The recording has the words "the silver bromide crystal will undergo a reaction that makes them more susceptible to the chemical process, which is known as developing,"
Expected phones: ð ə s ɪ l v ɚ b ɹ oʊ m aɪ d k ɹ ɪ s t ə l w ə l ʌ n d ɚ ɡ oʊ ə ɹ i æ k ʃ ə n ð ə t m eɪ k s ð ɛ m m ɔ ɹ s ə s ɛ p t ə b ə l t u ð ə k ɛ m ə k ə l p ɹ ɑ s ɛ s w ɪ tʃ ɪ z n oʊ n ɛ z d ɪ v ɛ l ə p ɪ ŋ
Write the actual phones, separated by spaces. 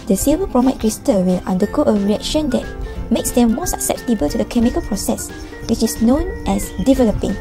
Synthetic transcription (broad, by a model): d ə s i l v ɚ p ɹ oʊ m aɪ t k ɹ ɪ s t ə w ə l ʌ n d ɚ ɡ oʊ ə ɹ i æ k ʃ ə n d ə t m eɪ k s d ɛ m m ɔ s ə s ɛ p t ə b ə l t u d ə k ɛ m ə k ə l p ɹ ɑ s ɛ s w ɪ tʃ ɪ s n oʊ n ɛ s d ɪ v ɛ l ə p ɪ ŋ